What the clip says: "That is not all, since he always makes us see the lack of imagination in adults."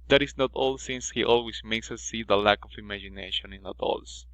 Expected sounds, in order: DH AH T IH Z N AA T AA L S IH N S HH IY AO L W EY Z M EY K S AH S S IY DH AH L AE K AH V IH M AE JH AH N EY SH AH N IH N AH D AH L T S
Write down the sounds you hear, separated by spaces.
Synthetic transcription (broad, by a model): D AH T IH S N AA T AA L S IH N S HH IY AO L W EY S M EY K S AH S S IY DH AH L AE K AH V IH M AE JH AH N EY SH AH N IH N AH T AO L S